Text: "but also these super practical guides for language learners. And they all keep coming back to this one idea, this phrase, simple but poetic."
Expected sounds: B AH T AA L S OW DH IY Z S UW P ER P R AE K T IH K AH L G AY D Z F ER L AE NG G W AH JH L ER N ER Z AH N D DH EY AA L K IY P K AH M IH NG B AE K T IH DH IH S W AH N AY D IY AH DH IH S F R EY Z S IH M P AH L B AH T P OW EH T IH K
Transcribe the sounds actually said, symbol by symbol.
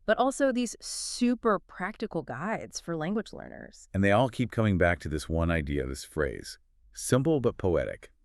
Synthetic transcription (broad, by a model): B AH T AA L S OW DH IY Z S UW P ER P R AE K T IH K L G AY D Z F ER L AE NG G W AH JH L ER N ER Z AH N DH EY AA L K IY P K AH M IH NG B AE K T IH DH IH S W AH N AY D IY AH DH IH S F R EY Z S IH M P L B AH T P OW EH T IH K